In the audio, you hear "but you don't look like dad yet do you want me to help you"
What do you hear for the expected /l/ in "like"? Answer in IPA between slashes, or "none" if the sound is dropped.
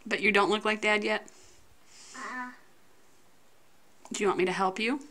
/l/